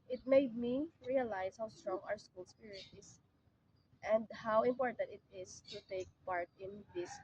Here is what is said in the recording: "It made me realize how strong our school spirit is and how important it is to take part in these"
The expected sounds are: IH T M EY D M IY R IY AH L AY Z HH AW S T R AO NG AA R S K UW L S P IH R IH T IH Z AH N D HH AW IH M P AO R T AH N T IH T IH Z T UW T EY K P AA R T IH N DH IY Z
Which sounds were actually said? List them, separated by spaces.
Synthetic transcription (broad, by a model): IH T M EY D M IY R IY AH L AY S HH AW S T R AO NG AA R S K UW L S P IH R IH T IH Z AH N D HH AW IH M P AO R T AH N T IH T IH S T UW T EY K P AA R T IH N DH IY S